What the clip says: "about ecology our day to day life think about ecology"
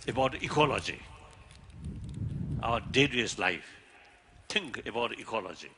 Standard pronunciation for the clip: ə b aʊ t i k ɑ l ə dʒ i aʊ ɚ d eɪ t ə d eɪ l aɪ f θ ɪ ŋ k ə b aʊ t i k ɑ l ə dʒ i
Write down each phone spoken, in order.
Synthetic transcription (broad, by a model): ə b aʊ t i k ɑ l ə dʒ i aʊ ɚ d eɪ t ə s l aɪ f t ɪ ŋ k ə b aʊ t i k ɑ l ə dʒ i